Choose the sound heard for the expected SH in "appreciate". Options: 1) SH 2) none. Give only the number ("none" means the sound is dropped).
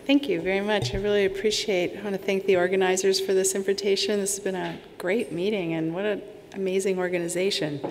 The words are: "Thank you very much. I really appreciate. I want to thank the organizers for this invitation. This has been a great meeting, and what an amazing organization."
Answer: 1